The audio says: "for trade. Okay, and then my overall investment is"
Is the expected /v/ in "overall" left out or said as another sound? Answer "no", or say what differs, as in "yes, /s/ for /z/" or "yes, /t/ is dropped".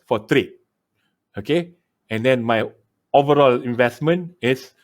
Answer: no